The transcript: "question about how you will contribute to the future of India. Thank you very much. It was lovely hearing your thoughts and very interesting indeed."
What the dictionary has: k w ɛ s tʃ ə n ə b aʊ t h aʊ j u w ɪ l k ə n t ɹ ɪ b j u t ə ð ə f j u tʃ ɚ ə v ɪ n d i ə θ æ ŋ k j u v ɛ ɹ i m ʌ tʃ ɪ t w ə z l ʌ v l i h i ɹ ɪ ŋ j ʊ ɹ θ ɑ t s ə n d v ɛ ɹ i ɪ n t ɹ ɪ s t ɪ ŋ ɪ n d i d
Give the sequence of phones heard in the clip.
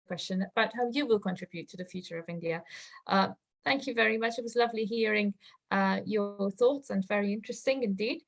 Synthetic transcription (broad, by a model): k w ɛ s tʃ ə n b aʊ t h aʊ j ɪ w ɪ l k ə n t ɹ ɪ b j u t ə ð ə f j u tʃ ɚ ə v ɪ n d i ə θ æ ŋ k j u v ɛ ɹ i m ʌ tʃ ɪ t w ə z l ʌ v l i h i ɹ ɪ ŋ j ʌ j θ ɑ t s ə n v ɛ ɹ i ɪ n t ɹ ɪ s t ɪ ŋ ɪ n d i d